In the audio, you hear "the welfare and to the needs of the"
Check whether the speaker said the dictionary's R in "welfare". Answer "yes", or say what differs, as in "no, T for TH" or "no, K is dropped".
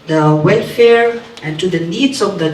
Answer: yes